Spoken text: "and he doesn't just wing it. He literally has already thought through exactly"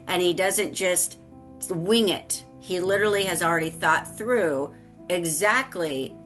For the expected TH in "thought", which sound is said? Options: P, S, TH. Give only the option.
TH